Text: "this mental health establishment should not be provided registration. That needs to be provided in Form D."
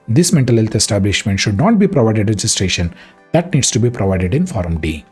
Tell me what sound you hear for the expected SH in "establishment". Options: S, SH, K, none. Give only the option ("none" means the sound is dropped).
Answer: SH